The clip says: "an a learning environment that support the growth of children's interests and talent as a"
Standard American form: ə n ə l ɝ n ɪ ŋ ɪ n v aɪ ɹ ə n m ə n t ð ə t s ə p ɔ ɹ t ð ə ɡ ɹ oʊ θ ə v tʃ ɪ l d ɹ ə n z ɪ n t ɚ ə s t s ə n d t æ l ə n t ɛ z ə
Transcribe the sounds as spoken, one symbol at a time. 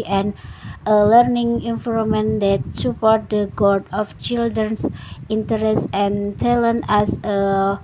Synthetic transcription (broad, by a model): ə n ə l ɝ n ɪ ŋ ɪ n f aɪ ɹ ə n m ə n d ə t s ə p ɔ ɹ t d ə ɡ oʊ t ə f tʃ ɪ l d ɹ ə n s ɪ n t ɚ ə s s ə n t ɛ l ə n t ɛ s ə